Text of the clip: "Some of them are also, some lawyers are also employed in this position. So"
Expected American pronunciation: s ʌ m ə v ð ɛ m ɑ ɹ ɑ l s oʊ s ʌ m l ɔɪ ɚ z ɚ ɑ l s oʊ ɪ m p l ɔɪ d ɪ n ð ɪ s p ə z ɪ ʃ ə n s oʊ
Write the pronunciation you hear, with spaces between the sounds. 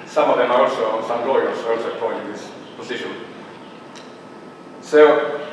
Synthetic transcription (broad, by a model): s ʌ m ə v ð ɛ m ɑ ɹ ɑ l s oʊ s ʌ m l ɔɪ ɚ s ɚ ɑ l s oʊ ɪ p ɔɪ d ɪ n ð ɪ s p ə s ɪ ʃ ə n s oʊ